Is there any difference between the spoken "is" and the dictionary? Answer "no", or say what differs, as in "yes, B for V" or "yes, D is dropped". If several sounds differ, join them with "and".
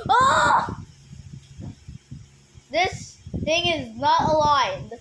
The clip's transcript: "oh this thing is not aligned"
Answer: no